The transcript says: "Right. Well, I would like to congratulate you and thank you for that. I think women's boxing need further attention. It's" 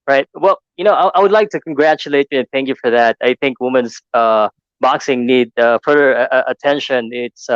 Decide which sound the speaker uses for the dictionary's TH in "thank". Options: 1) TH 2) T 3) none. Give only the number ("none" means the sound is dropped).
1